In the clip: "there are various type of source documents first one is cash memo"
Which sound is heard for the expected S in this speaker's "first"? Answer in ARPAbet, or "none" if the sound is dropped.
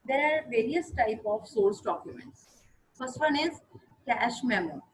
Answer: S